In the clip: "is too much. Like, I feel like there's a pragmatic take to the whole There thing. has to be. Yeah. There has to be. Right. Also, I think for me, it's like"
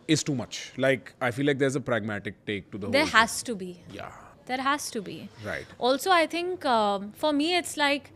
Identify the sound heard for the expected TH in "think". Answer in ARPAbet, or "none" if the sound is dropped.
T